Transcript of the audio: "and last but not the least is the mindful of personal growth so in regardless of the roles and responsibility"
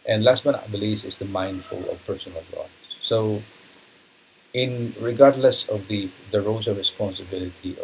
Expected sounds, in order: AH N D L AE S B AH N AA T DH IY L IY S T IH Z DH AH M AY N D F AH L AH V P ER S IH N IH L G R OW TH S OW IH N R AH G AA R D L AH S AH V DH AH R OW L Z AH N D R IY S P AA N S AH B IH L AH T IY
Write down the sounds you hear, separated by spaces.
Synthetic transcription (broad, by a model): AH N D L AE S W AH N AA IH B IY L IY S IH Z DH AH M AY N D F AH L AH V P ER S IH N IH L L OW S OW IH N R AH G AA R D L AH S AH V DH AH R OW Z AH R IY S P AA N S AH B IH L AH T IY